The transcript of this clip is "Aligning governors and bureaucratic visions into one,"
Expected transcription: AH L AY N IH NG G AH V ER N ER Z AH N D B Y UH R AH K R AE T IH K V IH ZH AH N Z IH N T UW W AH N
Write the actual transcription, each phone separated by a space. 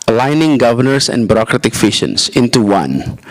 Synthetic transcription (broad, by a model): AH L AY N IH NG G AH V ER N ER S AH N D B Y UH R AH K R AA T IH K F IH SH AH N S IH N T UW W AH N